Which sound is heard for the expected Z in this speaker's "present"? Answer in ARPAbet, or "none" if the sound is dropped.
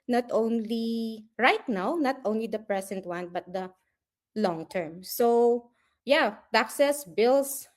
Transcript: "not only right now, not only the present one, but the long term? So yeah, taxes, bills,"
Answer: S